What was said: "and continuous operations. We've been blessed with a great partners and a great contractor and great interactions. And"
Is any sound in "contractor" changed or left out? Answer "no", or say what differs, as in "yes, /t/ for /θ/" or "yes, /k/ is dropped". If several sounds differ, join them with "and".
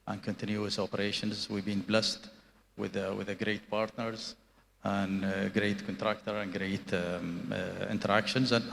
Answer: no